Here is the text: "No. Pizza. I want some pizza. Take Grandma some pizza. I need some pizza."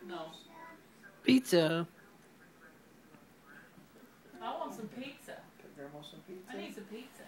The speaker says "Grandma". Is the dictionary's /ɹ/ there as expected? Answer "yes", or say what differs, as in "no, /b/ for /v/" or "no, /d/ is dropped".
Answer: no, /ɹ/ is dropped